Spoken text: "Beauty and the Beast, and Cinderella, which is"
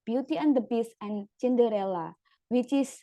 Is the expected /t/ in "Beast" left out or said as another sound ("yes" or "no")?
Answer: yes